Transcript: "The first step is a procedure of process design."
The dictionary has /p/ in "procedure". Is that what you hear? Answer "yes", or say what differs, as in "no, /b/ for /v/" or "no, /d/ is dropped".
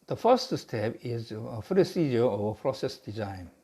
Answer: no, /f/ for /p/